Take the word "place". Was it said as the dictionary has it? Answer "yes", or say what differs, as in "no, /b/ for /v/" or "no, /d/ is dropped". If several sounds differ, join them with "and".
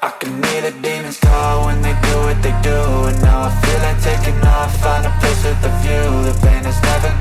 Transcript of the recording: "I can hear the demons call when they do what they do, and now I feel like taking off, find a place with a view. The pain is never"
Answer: no, /l/ is dropped